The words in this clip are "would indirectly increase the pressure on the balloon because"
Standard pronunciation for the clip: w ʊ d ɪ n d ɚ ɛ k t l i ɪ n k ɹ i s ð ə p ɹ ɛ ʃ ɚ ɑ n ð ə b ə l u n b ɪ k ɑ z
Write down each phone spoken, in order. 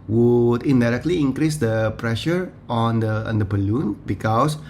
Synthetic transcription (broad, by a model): w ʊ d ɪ n d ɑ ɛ k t l i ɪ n k ɹ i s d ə p ɹ ɛ ʃ ɚ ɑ n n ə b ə l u n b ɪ k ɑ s